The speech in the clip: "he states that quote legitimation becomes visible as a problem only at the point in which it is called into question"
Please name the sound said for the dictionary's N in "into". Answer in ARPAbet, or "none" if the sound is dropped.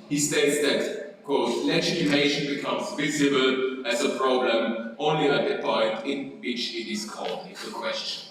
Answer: none